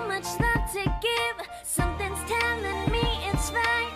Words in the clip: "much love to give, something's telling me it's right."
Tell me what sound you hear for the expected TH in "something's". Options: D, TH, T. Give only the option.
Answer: TH